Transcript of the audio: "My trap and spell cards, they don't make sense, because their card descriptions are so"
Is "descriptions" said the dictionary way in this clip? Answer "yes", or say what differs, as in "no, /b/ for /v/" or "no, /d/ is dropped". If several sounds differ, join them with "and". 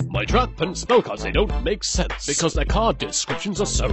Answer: yes